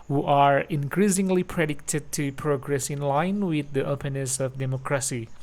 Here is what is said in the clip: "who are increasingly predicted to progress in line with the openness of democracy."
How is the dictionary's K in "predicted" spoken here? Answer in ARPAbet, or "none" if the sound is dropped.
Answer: K